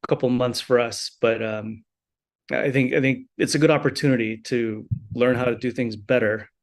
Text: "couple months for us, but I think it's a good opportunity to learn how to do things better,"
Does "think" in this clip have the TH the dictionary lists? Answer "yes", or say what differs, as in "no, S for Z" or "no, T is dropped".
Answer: yes